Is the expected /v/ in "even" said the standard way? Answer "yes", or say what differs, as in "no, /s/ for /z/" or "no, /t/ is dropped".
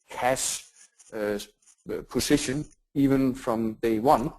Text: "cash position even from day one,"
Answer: yes